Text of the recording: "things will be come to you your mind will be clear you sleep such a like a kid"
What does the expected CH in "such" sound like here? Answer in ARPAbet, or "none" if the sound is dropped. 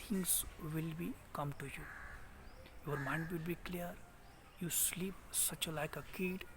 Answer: CH